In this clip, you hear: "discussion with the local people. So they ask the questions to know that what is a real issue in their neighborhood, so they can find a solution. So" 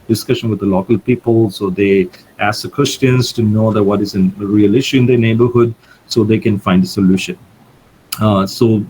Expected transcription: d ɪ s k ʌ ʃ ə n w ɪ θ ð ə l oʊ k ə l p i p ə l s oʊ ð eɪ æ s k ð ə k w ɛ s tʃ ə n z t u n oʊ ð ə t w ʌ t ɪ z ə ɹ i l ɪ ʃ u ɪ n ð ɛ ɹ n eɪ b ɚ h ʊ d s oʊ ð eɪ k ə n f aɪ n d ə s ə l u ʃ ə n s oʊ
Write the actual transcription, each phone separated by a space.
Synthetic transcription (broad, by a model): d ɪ s k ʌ ʃ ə n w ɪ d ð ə l oʊ k ə l p i p ə l s oʊ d eɪ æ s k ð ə k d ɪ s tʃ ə n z t u n oʊ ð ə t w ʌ t ɪ z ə ɹ i l ɪ ʃ u ɪ n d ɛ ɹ n eɪ b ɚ h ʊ d s oʊ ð eɪ k ə n f aɪ n d ə s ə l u ʃ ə n s oʊ